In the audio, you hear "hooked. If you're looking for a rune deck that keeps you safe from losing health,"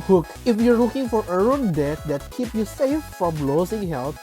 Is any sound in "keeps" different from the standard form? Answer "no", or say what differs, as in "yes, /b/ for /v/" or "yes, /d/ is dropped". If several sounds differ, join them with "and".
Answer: yes, /s/ is dropped